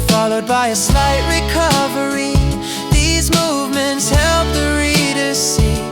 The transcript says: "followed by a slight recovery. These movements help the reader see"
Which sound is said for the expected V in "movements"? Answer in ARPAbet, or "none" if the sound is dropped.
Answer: V